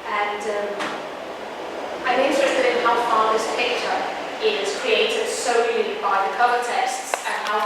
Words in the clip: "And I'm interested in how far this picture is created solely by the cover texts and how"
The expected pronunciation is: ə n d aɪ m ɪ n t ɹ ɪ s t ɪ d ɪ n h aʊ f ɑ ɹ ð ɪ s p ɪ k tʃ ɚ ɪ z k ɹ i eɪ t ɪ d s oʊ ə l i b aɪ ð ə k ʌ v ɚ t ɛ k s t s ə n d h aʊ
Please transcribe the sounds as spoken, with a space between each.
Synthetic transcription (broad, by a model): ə n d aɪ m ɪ n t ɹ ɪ s t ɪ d ɪ n h aʊ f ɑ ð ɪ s p ɪ k tʃ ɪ ɪ z k ɹ i eɪ t ɪ d s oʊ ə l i b aɪ ð ə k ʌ ɚ t ɛ s t s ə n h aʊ